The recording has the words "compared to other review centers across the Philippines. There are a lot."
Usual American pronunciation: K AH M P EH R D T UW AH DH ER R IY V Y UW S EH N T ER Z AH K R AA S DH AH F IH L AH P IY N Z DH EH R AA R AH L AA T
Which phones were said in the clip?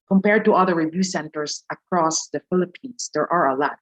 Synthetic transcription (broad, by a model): K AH M P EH R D T UW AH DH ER R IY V Y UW S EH N T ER S AH K R AA S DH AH F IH L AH P IY N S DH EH R AA R AH L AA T